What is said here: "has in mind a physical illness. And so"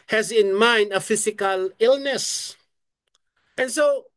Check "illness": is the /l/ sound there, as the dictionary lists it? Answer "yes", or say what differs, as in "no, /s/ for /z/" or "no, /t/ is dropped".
yes